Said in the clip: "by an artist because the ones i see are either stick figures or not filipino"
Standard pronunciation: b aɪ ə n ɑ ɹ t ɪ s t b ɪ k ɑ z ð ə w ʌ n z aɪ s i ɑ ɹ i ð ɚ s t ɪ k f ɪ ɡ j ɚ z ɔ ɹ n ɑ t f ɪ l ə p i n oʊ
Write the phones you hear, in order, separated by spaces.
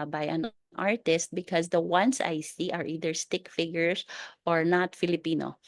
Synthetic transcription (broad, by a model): b aɪ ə n ɑ ɹ t ɪ s t b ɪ k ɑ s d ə w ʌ n s aɪ s i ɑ ɹ i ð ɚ s t ɪ k f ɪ ɡ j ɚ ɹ ɔ ɹ n ɑ t f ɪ l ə p i n oʊ